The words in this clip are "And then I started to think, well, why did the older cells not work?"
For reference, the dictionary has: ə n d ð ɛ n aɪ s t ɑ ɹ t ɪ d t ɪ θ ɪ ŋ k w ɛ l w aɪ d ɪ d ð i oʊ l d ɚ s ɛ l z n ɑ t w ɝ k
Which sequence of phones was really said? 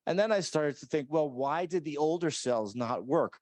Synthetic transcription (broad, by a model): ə n ð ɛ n aɪ s t ɑ ɹ t ɪ d t ɪ θ ɪ ŋ k w ɛ l w aɪ d ɪ d ð i oʊ l d ɚ s ɛ l z n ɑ t w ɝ k